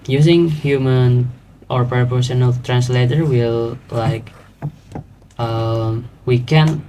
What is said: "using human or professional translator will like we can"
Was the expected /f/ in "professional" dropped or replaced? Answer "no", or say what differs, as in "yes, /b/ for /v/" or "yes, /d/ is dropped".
yes, /p/ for /f/